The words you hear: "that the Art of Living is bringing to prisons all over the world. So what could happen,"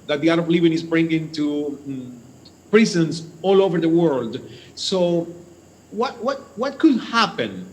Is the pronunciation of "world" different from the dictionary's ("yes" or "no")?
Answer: no